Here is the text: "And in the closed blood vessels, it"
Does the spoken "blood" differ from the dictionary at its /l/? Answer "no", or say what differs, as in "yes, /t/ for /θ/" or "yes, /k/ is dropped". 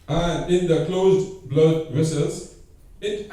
no